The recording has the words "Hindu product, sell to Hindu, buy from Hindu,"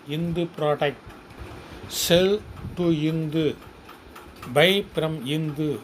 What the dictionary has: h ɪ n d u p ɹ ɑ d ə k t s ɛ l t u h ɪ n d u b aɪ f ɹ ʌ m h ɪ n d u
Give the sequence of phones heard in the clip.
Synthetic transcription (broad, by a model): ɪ n d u p ɹ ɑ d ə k t s ɛ l t u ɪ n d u b aɪ p ɹ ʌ m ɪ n d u